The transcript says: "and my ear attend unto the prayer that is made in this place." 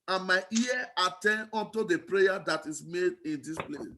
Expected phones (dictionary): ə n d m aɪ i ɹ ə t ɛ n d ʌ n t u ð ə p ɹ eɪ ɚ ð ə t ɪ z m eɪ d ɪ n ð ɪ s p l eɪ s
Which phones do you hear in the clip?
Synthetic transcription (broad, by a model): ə n m aɪ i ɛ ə t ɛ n ɔ n t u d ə p ɹ eɪ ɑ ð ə t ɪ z m eɪ d ɪ n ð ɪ s p l eɪ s